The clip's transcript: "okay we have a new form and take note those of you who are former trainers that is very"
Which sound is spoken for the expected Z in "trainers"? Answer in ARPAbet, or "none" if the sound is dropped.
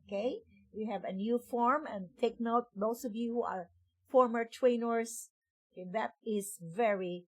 S